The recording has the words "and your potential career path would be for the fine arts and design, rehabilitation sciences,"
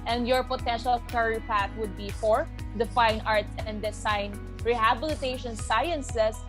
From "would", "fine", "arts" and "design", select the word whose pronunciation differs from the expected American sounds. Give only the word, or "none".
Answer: design